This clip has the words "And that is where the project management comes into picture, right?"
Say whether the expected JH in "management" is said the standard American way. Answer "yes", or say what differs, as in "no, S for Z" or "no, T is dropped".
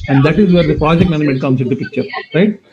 no, JH is dropped